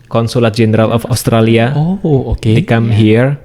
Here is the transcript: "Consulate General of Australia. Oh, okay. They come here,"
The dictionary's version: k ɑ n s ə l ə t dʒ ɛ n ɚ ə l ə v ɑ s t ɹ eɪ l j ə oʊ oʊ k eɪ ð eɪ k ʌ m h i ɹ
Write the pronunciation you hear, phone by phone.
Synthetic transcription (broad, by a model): k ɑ n s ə l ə t dʒ ɛ n ɚ ə l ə f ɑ s t ɹ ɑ l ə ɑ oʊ ɔ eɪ k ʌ m h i ɹ